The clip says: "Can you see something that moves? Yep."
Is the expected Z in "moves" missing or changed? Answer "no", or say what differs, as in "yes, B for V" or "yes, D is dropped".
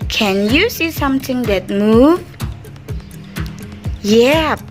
yes, Z is dropped